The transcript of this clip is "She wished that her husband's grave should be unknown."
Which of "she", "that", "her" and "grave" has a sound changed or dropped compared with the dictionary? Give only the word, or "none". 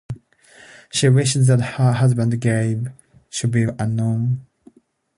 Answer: grave